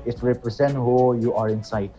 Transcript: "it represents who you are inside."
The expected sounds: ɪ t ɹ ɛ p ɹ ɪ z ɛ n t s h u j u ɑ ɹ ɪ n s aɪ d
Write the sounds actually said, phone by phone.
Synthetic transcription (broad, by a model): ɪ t ɹ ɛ p ɹ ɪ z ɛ n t h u j u ɑ ɹ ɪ n s aɪ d